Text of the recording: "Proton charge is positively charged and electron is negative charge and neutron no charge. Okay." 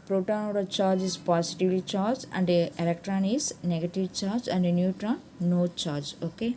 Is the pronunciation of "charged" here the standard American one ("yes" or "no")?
no